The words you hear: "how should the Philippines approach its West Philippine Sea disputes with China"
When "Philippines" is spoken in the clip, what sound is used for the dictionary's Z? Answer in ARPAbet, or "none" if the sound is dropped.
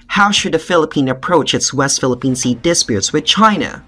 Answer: none